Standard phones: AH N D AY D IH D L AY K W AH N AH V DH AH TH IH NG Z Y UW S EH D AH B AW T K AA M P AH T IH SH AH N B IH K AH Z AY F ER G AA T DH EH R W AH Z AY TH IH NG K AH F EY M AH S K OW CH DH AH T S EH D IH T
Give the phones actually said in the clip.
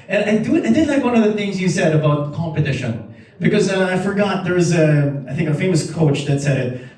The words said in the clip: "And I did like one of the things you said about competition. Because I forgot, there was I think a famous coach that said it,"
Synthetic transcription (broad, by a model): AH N D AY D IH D L AY K W AH N AH V DH AH TH IH NG Z Y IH S EH D AH B AW T K AA M P AH T IH SH AH N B IH K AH Z AY F ER G AA T DH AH R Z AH AY TH IH NG K AH F EY M AH S K OW CH DH AH T S EH D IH T